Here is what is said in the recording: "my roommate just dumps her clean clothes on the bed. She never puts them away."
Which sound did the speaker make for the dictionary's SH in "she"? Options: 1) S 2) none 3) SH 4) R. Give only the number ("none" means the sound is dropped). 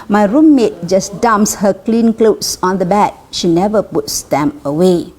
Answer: 3